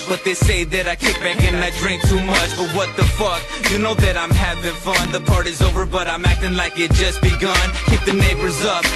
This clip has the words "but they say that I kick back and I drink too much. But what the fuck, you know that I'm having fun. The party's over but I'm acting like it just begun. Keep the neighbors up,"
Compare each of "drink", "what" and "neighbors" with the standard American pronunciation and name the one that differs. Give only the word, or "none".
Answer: none